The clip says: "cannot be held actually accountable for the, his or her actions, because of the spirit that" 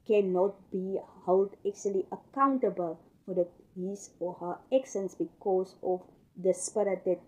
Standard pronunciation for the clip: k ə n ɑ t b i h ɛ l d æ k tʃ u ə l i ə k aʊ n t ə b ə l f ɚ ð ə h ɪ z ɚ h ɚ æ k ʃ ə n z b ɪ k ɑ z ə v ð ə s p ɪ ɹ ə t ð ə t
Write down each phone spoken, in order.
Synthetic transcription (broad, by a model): k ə n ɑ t b i h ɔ l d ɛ k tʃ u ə l i ə k aʊ n t ə b ə l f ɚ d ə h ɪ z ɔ h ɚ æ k s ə n s b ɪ k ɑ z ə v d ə s p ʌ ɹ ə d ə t